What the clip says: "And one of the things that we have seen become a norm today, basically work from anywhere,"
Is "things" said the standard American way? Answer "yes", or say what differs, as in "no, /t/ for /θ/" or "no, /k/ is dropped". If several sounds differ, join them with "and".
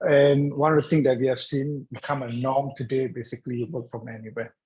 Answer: no, /t/ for /θ/